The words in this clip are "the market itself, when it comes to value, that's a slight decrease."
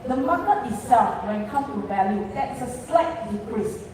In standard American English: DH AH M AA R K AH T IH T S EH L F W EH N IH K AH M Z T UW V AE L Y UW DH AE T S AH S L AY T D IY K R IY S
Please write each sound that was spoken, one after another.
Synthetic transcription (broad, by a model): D AH M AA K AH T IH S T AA F W EH N K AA M T UW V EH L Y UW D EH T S AH S L AY T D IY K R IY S